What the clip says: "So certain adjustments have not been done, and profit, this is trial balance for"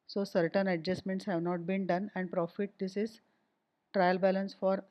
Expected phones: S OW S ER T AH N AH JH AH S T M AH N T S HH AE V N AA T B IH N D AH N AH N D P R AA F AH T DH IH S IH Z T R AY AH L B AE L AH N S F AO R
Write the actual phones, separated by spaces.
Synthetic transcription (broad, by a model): S OW S ER T AH N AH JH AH S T M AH N T S HH AE V N AA T B IH N D AH N AH N D P R AA F AH T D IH S IH Z T R AY AH L B AE L AH N S F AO R